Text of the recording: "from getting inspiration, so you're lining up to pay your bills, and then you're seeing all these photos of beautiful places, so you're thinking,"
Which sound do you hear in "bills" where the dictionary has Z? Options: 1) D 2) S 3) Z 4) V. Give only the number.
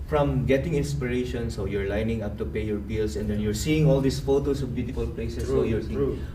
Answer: 2